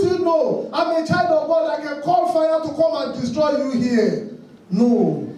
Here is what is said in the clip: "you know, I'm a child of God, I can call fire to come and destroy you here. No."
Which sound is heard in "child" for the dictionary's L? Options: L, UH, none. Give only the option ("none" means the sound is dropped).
none